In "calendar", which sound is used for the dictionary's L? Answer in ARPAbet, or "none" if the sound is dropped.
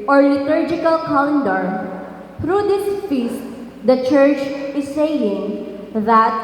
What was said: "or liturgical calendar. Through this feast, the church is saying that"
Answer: none